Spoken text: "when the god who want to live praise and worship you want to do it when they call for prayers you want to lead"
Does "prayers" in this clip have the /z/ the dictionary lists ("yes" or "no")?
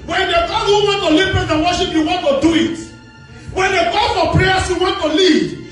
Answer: no